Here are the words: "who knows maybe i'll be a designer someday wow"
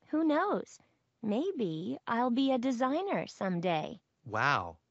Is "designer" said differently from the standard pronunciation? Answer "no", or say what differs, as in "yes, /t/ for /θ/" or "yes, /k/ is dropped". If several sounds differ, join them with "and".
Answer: no